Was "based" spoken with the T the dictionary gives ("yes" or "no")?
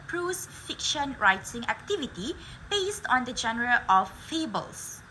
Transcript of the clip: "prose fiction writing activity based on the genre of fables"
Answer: yes